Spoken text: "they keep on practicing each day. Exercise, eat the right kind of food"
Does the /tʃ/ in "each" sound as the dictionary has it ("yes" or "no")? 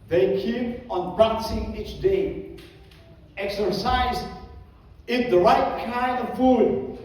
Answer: yes